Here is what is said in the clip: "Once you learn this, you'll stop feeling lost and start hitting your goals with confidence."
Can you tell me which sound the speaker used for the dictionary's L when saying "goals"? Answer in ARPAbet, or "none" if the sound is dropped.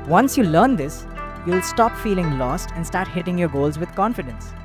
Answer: L